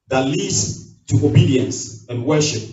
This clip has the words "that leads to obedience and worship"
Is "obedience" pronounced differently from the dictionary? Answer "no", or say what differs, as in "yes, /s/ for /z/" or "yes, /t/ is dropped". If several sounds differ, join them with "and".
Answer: no